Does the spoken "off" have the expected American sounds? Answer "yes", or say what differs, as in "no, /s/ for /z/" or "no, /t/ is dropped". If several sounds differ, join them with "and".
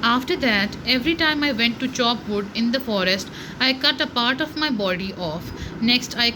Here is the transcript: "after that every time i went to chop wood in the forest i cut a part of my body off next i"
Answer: yes